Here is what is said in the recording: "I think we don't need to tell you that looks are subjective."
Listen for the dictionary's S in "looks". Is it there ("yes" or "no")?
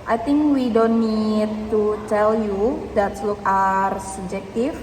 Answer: no